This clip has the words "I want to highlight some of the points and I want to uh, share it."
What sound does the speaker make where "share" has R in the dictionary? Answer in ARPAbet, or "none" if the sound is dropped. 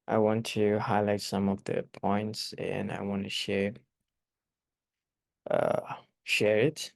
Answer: R